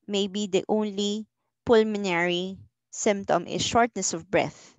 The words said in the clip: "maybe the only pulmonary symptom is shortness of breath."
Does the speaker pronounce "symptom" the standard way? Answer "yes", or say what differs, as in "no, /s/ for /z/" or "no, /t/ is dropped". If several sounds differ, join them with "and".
yes